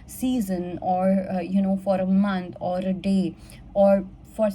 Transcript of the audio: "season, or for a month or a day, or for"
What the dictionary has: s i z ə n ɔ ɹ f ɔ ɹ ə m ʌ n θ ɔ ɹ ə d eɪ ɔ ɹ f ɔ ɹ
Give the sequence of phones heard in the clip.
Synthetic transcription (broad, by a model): s i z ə n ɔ ɹ f ɔ ɹ ə m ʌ n t ɔ ɹ ə d eɪ ɔ ɹ f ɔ ɹ